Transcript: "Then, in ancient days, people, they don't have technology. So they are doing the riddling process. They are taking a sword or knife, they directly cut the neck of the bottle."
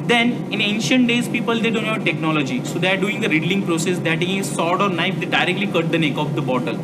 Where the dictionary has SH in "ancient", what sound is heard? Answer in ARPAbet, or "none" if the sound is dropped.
SH